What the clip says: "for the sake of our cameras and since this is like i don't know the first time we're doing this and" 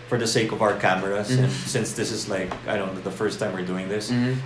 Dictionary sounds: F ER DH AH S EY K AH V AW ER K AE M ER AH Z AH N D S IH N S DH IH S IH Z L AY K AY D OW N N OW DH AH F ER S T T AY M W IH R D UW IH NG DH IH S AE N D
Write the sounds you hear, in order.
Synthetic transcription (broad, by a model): F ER DH AH S EY K AH V AW ER K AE M ER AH S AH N S IH N S DH IH S IH Z L AY K AY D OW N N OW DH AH F ER S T T AY M W IH R D UW IH NG DH IH S